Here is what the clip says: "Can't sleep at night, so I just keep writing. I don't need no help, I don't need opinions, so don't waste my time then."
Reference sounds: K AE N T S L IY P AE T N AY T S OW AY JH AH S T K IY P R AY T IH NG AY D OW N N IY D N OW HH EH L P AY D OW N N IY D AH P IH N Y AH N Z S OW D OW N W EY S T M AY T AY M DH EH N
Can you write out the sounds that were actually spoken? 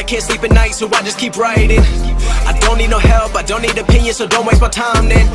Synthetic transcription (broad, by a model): K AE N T S L IY P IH N AY T S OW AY JH AH S K IY P R AY T IH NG AY D OW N N IY D N OW HH EH L P AY D OW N N IY D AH P IH N Y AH N S OW D OW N W EY T M AY T AY M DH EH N